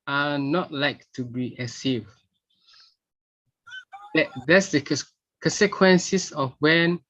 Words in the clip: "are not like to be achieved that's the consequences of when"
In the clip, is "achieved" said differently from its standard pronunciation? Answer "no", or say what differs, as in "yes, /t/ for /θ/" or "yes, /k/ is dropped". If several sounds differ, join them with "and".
yes, /s/ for /tʃ/